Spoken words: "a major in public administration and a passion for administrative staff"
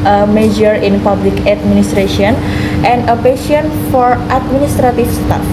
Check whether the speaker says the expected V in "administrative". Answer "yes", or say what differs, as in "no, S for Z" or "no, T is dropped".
no, F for V